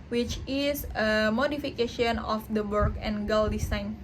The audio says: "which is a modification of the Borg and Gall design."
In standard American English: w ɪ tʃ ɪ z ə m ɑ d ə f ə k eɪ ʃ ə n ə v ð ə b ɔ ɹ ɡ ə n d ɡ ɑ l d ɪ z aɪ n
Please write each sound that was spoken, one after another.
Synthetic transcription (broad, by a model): w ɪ tʃ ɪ s ə m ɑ d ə f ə k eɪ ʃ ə n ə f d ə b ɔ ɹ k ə n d ɡ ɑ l d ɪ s aɪ n